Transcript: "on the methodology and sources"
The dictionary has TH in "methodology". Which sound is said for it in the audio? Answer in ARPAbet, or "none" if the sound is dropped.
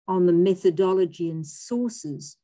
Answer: TH